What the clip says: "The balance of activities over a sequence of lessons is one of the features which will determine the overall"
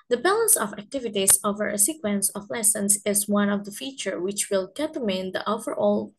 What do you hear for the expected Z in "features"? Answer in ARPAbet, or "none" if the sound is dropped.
none